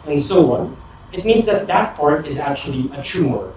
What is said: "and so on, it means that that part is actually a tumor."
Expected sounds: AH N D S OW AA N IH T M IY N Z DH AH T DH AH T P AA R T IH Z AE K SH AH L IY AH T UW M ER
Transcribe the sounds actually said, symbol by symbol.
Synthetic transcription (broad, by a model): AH N S OW AA N IH T M IY N Z DH AH T DH AH T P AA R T IH Z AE K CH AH L IY AH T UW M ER